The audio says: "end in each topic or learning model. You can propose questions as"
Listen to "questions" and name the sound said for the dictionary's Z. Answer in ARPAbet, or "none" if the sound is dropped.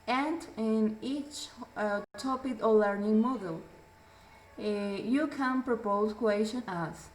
none